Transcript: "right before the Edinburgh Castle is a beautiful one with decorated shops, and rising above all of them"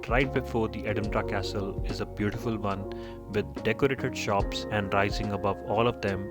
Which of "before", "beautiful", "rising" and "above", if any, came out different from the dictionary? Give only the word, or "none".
none